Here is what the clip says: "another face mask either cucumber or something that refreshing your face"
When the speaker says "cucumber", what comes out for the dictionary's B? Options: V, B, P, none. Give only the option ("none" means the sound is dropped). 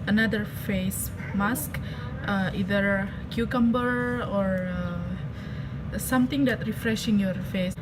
B